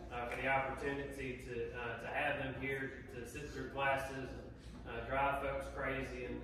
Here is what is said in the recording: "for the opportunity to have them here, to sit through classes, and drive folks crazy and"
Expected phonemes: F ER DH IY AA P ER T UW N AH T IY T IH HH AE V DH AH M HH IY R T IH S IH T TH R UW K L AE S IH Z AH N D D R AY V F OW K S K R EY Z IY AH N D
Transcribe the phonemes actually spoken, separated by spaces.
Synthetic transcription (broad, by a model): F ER DH IY AA P ER T UW N AH T IY T IH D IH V DH AH M HH IY R T IH S IH T TH R UW K L AE S IH Z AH N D D R AY V F OW K S K R EY Z IY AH N